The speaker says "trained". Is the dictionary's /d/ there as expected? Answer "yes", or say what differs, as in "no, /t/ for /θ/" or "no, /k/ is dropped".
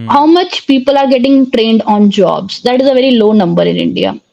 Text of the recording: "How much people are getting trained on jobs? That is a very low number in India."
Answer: yes